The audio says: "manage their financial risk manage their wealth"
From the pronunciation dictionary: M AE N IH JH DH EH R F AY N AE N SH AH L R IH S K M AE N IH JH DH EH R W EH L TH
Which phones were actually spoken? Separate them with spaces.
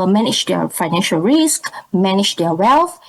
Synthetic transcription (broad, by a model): M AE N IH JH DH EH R F AY N AE N SH AH L R IH S K M AE N IH JH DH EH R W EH L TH